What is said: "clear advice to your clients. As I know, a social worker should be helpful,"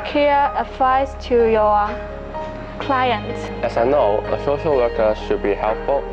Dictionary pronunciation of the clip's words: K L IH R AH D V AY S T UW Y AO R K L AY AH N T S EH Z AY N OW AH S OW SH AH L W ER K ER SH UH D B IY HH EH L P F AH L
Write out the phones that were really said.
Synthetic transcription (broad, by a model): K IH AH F AY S T UW Y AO K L AY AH N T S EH S AY N OW AH S OW SH AH L W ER K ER SH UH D B IY HH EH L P F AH L